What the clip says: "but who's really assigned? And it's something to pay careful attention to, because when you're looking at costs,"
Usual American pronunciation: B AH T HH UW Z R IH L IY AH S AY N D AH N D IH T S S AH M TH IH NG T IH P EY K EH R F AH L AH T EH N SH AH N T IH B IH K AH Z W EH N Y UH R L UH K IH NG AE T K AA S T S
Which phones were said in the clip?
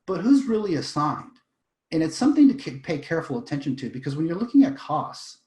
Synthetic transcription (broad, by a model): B AH T HH UW Z R IH L IY AH S AY N D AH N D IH T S S AH M TH IH NG T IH P EY K EH R F L AH T EH N SH AH N T IH B IH K AH Z W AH N Y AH R L UH K IH NG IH T K AA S S